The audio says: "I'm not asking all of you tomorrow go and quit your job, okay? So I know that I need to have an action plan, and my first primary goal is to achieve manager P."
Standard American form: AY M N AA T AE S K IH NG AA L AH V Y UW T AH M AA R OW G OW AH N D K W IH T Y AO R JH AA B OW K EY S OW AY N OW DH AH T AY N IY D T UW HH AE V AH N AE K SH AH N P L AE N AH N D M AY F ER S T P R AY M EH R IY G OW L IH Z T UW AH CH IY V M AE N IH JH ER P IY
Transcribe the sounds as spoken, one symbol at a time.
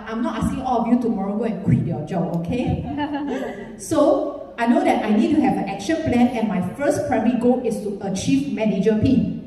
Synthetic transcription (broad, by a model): AY M N AA T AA S K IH NG AA L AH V Y UW T AH M AA R OW G OW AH N K W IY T Y AO JH AA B OW K EY S OW AY N OW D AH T AY N IY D T UW HH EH V AH N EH K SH AH N P L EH N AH N M AY F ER S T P R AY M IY G OW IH S T UW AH CH IY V M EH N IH JH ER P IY